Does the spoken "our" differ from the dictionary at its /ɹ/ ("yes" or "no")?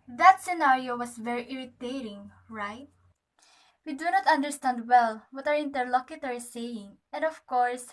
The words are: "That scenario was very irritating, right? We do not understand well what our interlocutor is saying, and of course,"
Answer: yes